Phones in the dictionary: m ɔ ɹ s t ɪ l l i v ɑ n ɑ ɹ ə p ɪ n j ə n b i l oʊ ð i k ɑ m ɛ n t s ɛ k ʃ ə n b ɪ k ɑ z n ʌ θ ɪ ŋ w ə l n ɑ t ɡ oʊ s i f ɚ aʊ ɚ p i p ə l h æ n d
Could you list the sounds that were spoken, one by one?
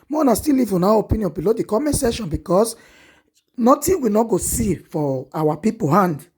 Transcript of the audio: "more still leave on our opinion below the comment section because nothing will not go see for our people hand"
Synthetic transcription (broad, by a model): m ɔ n s t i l l i v ɑ n ɑ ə p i n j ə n b i l oʊ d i k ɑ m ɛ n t s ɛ ʃ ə n b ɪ k ɑ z n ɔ t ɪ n w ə n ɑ ɡ oʊ s i f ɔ aʊ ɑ p i p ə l h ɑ n d